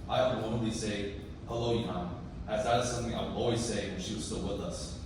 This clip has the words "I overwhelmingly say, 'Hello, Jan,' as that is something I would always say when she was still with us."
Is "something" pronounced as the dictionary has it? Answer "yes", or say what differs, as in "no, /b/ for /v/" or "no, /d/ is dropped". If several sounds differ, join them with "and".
yes